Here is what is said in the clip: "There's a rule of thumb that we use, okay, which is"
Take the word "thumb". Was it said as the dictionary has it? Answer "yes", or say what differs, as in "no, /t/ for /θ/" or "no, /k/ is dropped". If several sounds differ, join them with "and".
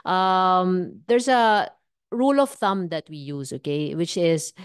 yes